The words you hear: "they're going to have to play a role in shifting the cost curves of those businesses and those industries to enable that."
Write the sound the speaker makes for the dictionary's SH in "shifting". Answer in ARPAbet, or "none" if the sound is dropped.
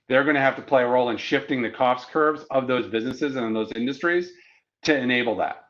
SH